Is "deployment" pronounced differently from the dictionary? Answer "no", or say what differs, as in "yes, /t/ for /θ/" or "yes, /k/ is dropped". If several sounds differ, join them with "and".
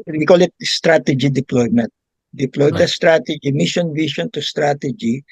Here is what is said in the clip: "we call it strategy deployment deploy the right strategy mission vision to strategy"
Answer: no